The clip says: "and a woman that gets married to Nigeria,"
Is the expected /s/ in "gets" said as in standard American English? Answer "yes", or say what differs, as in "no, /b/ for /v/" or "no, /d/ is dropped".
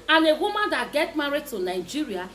no, /s/ is dropped